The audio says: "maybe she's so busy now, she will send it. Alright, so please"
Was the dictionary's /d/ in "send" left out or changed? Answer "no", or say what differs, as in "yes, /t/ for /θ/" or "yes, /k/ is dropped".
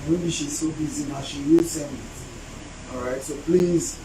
yes, /d/ is dropped